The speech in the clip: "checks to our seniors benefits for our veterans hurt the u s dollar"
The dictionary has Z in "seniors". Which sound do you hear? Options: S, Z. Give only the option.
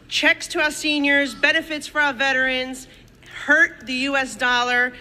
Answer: Z